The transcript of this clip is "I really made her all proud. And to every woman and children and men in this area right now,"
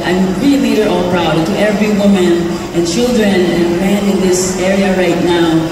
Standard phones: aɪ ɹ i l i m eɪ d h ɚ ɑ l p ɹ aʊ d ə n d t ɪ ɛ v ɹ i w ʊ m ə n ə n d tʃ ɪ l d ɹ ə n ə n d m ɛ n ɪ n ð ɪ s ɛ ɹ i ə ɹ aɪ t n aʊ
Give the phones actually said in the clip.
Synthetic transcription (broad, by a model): aɪ ɹ i l i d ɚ ɑ l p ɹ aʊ ə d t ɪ ɛ v ɹ i w ʊ m ə n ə n tʃ ɪ l d ɹ ə n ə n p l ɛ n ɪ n ð ɪ s ɛ ɹ i ə ɹ aɪ t n aʊ